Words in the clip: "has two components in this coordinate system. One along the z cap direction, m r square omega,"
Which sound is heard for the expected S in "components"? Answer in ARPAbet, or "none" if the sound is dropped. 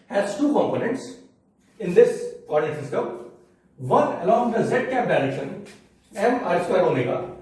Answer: S